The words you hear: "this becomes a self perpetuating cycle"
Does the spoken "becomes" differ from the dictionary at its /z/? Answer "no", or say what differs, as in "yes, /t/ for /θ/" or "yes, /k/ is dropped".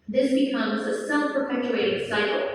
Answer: no